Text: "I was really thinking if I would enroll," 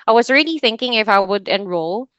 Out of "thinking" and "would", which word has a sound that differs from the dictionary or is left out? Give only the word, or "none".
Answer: none